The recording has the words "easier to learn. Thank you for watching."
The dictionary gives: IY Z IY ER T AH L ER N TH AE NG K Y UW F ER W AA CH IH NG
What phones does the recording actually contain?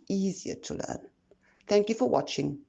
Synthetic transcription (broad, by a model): IY Z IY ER T AH L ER N TH AE NG K Y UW F ER W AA CH IH NG